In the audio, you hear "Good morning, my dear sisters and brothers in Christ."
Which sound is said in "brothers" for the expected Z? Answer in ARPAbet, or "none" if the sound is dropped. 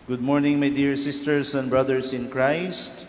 S